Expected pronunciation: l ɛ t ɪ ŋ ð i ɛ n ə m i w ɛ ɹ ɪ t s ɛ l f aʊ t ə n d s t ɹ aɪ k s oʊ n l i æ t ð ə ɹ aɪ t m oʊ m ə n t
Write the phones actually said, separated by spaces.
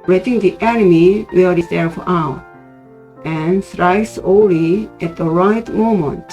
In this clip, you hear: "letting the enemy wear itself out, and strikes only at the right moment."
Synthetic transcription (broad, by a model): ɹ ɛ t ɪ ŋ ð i ɛ n ə m i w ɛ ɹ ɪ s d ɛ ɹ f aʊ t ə n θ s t ɹ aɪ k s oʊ l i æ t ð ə ɹ aɪ t m oʊ m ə n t